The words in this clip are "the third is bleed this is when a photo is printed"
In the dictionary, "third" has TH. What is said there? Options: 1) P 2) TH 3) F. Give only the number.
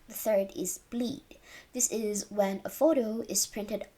2